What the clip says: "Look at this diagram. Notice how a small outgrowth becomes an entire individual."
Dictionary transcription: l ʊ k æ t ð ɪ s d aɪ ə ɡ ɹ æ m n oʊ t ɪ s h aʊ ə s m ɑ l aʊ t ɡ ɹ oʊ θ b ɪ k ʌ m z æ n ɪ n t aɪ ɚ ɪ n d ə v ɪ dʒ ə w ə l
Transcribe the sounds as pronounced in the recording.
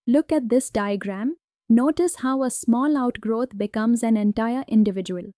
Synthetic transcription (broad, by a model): l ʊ k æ t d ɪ s d aɪ ə ɡ ɹ æ m n oʊ t ɪ s h aʊ ə s m ɑ l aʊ t ɡ ɹ oʊ t b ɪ k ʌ m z æ n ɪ n t aɪ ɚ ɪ n d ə v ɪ dʒ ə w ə l